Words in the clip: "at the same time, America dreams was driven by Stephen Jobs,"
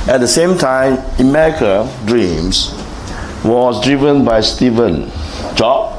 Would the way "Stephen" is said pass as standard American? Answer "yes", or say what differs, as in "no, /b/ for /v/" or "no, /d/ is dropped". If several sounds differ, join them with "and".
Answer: yes